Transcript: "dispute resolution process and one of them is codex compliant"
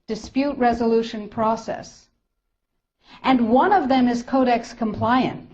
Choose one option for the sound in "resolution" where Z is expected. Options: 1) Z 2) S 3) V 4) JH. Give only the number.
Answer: 1